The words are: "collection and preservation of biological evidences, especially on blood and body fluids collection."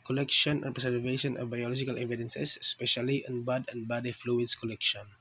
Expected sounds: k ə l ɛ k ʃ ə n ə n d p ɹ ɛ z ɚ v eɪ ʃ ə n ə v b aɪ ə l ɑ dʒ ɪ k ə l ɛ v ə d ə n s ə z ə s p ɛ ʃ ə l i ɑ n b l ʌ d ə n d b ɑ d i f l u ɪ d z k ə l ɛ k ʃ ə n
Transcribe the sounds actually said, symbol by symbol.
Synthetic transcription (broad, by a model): k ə l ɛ k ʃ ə n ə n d p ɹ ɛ s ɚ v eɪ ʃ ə n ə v b aɪ ə l ɑ dʒ ɪ k ə l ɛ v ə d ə n s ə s s p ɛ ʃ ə l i ɑ n b ɑ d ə n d b ɑ d i f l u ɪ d s k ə l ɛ k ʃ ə n